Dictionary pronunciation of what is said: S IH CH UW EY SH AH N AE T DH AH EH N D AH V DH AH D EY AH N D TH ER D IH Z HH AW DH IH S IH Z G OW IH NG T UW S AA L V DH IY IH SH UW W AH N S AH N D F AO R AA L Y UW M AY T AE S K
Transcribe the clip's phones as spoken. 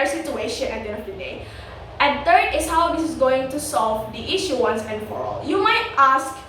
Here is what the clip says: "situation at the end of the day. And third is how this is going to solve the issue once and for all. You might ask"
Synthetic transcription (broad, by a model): S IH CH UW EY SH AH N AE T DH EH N AH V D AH D EY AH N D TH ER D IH S HH AW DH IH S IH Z G OW IH NG T UW S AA L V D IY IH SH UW W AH N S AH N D F AO R AA L Y UW M AY T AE S K